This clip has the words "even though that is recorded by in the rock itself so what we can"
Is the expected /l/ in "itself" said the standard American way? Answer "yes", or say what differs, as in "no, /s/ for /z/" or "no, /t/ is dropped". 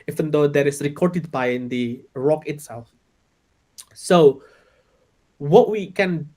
yes